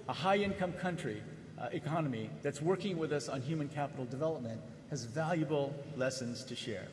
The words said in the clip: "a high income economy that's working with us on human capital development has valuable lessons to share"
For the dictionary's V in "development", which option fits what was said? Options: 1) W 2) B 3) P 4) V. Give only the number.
4